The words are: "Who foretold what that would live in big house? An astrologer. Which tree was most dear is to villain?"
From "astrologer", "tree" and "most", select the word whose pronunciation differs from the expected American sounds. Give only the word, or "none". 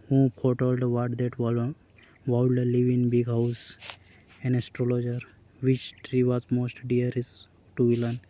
none